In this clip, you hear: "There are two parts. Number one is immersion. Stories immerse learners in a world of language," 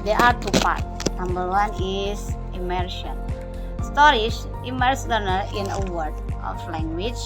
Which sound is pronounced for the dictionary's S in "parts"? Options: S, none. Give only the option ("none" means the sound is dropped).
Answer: none